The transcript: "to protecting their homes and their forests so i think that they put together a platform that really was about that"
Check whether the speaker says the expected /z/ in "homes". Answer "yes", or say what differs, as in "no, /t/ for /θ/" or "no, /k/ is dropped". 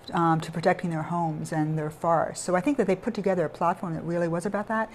yes